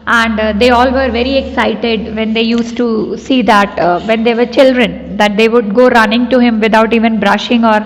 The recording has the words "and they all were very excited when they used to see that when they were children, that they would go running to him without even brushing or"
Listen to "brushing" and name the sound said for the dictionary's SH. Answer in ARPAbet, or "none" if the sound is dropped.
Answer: SH